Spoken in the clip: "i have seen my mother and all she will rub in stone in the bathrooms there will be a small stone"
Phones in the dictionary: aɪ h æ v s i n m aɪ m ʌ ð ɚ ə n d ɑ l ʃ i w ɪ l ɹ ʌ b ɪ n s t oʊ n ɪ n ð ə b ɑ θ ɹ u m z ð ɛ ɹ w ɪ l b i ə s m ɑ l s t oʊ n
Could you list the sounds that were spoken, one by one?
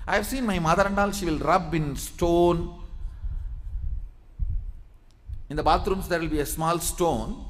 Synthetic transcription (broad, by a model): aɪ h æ v s i n m aɪ m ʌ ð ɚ ə n d ɑ l ʃ i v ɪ l ɹ ʌ b ɪ n s t oʊ n ɪ n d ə b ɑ t ɹ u m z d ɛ ɹ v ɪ l b i ə s m ɑ l s t oʊ n